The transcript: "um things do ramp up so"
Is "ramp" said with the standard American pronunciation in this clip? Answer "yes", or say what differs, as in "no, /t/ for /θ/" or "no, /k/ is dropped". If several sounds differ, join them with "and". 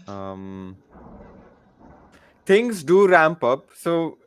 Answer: yes